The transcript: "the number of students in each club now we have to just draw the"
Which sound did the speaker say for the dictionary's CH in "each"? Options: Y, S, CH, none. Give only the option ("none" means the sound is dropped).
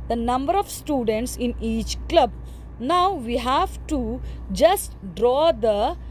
CH